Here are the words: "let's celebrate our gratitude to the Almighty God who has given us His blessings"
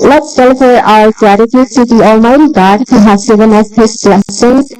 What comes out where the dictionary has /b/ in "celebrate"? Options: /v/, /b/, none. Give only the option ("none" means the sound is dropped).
none